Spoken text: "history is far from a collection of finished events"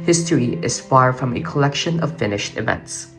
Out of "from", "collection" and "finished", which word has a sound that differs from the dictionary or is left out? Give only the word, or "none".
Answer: none